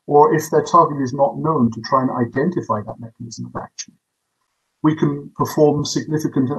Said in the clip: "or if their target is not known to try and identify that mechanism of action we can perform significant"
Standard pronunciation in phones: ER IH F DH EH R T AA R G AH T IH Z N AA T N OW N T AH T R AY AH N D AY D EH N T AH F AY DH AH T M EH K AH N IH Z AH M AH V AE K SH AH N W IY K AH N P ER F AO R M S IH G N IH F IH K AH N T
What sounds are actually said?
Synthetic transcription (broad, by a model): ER IH F DH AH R T AA R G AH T IH Z N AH T N OW N T AH T R AY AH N AY D EH N T AH F AY DH AH T M EH K AH N IH Z AH M AH V AE K SH AH N W IY K AH N P ER F AO R M S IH G N IH F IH K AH N T